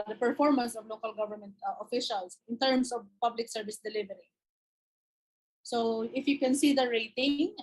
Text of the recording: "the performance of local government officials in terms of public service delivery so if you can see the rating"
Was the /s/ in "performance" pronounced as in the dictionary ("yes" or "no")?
yes